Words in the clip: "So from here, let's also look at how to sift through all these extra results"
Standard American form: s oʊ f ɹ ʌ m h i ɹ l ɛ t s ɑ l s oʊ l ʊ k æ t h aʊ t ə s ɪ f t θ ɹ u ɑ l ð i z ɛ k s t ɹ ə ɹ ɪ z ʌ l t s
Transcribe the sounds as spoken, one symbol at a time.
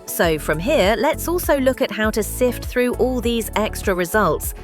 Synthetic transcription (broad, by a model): s oʊ f ɹ ʌ m h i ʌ l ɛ t s ɑ l s oʊ l ʊ k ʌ t h aʊ t ə s ɪ f t θ ɹ u ɑ l ð i z ɛ k s t ɹ ə ɹ ɪ z ʌ l t s